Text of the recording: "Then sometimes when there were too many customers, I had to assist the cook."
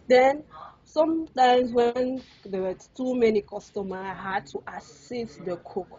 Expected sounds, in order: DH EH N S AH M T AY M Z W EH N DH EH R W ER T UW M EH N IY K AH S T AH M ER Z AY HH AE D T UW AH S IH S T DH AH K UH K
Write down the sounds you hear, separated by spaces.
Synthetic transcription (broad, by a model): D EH N S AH M T AY M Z W EH N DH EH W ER T UW M EH N IY K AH S T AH M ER AY HH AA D T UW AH S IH S T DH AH K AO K